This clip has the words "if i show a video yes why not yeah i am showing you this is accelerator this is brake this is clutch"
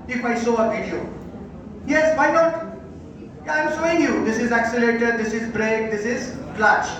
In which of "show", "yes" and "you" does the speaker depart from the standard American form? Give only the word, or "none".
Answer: show